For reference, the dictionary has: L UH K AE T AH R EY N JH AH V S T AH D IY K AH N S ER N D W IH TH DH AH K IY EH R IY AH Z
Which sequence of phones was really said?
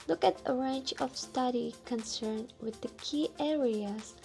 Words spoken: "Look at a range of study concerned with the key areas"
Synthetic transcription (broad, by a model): L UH K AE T AH R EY N CH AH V S T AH D IY K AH N S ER N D W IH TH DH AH K IY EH R IY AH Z